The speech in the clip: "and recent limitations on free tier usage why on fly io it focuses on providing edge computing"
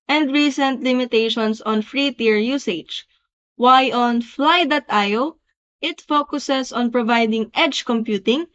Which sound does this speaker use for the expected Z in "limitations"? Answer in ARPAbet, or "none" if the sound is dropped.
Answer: S